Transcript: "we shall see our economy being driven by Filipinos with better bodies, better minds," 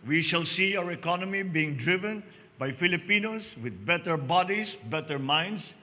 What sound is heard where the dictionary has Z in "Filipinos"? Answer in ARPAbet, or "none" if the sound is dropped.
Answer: S